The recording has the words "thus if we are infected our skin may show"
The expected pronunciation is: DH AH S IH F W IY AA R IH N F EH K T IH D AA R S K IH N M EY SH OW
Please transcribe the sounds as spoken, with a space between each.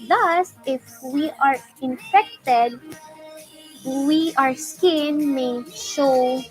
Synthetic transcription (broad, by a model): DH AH S IH F W IY AA R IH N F EH K T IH D AA R S K IH N M EY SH OW